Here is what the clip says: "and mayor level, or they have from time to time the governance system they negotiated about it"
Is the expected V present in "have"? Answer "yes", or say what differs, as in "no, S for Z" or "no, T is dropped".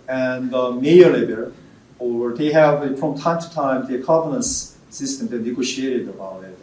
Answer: yes